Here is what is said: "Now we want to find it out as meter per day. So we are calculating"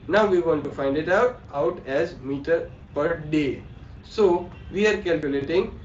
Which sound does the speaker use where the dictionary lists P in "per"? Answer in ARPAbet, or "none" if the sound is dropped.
P